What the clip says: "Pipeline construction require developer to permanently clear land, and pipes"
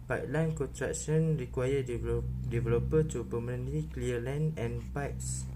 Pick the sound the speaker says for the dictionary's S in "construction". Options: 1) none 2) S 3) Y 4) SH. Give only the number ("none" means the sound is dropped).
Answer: 1